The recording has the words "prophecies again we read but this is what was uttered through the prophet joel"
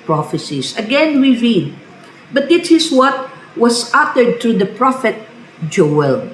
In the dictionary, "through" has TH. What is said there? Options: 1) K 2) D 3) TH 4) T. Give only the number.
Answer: 4